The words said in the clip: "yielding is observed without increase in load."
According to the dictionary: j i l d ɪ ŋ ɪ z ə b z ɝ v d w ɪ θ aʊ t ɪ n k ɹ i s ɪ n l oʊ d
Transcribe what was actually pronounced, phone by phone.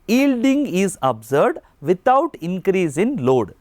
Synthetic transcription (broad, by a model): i l d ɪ ŋ ɪ z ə b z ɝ d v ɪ t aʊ t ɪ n k ɹ i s ɪ n l oʊ d